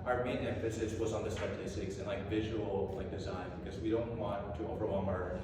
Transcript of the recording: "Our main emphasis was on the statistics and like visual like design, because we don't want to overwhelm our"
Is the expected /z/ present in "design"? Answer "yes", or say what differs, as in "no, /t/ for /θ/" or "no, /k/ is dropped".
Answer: yes